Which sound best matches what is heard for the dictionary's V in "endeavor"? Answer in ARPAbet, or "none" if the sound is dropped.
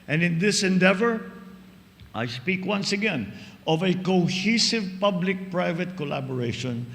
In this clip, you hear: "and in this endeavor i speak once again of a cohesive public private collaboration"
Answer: V